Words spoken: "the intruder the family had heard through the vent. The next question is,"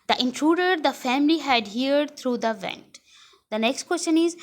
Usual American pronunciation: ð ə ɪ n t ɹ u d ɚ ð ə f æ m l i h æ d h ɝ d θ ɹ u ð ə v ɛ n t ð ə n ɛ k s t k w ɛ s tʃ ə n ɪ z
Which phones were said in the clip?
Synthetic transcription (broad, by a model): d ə ɪ n t ɹ u d ɚ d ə f æ m l i h æ d h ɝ d t ɹ u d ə v ɛ n t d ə n ɛ k s t k w ɛ s tʃ ə n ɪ z